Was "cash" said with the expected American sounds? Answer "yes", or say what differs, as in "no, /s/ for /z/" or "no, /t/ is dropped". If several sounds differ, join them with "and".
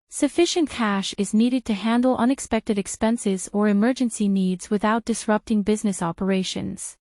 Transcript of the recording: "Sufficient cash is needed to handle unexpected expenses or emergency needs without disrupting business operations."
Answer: yes